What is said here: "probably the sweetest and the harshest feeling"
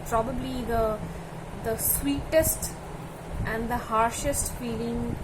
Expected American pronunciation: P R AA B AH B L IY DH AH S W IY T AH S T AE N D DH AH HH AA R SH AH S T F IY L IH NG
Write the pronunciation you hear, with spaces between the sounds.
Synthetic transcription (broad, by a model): P R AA B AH B L IY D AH S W IY T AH S T AE N D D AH HH AA R SH AH S T F IY L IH NG